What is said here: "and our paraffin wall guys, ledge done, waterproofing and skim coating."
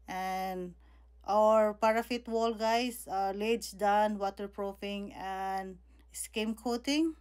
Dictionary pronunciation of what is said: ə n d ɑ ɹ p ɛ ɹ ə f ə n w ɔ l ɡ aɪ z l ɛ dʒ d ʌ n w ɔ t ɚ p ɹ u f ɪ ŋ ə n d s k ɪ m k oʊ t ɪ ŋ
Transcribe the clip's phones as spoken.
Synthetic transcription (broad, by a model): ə n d ɑ ɹ p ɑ ɹ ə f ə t w ɔ l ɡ aɪ s l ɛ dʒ d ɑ n w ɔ t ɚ p ɹ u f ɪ ŋ ə n d s k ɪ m k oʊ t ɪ ŋ